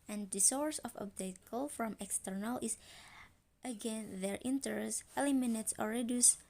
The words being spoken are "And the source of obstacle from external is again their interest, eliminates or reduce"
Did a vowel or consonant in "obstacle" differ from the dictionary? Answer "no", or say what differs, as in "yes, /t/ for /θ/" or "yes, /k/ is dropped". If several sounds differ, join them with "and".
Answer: yes, /s/ is dropped